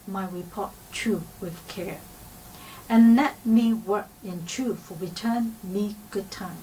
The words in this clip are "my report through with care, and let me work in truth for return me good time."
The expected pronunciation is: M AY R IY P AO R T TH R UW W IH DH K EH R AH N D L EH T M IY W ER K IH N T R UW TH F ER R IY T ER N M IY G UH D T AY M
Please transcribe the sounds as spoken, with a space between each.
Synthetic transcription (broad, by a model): M AY R IY P AO R T T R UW W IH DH K EH R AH N L EH T M IY W ER K IH N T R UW F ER R IY T ER N M IY G UH D T AY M